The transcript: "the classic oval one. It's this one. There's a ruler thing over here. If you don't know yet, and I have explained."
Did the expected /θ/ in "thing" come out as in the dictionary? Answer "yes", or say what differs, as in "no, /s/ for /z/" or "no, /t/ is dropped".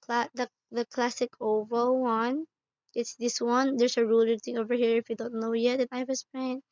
no, /t/ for /θ/